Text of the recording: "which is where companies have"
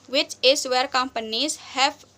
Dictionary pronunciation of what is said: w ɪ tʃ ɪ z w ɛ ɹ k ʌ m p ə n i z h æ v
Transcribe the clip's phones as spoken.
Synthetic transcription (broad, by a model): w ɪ tʃ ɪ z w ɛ ɹ k ʌ m p ə n i z h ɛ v